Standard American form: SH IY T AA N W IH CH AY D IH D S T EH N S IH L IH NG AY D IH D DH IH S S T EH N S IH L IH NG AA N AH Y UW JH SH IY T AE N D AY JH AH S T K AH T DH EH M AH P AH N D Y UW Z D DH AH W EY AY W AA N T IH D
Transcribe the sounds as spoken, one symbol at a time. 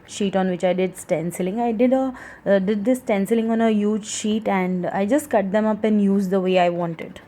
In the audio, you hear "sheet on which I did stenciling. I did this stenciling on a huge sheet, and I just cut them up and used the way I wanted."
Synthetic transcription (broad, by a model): SH IY T AA N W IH CH AY D IH D S T EH N S IH L IH NG AY D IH D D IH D S T EH N S IH L IH NG AA N AH Y UW JH SH IY T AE N D AY JH AH S T K AH T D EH M AH P AH N D Y UW Z D AH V EY AY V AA N T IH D